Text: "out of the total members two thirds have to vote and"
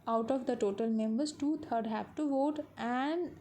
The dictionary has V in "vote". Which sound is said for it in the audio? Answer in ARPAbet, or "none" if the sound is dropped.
V